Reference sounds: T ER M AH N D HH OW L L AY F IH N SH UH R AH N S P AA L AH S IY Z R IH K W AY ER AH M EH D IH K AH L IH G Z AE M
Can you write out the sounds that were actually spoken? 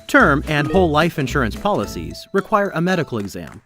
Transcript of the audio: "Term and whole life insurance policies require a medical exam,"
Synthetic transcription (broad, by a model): T ER M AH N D HH OW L L AY F IH N SH UH R AH N S P AA L AH S IY Z R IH K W AY ER AH M EH D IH K L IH G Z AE M